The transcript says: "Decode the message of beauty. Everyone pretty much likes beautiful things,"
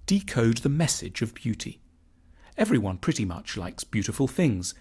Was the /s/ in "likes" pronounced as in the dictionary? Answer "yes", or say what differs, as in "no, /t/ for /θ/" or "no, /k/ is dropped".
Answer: yes